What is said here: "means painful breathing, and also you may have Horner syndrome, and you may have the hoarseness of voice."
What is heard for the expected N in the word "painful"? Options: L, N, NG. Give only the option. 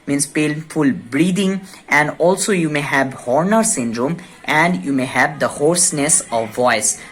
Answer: L